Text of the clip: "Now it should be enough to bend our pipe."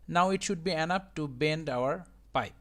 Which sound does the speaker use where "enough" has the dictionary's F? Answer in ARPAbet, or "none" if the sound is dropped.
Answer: P